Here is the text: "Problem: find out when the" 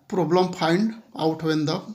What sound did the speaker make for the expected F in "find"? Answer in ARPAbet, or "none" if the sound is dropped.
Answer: P